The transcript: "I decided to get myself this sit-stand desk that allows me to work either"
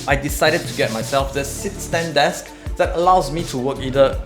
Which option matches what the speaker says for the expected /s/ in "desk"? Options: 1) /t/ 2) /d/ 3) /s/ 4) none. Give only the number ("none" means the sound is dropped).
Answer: 3